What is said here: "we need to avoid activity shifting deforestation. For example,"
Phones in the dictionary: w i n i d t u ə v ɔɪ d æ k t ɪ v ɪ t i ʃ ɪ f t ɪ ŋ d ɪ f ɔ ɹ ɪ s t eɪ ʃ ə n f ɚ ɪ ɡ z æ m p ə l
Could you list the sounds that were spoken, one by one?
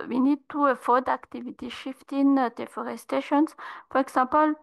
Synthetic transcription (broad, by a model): w i n i d t u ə f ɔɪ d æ k t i v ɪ t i ʃ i f t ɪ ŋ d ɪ f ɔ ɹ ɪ s t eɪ ʃ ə n f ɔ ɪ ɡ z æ p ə l